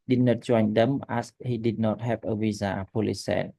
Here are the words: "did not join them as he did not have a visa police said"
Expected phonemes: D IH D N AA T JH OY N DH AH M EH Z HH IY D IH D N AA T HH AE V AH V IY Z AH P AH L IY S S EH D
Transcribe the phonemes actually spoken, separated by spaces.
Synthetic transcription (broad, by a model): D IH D N AA T CH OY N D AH M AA S HH IY D IH D N AA T HH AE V AH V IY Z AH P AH L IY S S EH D